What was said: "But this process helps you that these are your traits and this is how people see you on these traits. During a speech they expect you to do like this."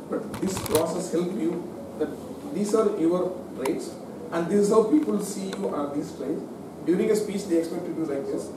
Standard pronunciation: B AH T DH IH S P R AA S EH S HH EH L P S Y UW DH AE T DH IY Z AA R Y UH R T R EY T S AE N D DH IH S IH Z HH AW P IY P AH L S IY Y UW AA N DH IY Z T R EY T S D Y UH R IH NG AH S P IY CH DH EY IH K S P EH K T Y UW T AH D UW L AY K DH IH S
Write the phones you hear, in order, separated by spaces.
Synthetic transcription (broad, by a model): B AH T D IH S P R AA S EH S HH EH L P Y UW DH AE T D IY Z AA R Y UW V T R EY T S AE N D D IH S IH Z HH AW P IY P AH L S IY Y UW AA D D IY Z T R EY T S D Y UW R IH NG AH S P IY CH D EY IH K S P EH K T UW D UW L AY K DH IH S